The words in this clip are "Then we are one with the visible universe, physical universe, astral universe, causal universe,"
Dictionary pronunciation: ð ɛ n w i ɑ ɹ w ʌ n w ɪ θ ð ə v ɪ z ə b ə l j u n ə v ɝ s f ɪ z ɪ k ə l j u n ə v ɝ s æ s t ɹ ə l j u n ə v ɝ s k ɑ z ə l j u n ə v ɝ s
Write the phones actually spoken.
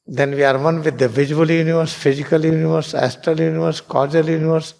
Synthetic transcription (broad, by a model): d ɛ n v i ɑ ɹ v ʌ n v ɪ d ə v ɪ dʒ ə ə l j u n ə v ɝ s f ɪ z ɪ k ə l j u n ə v ɝ s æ s t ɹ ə l j u n ə v ɝ s k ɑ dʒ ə l j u n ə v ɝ s